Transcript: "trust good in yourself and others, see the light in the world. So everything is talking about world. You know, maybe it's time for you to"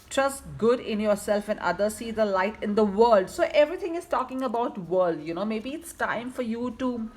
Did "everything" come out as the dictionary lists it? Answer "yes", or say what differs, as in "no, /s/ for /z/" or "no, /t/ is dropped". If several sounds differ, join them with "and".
no, /t/ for /θ/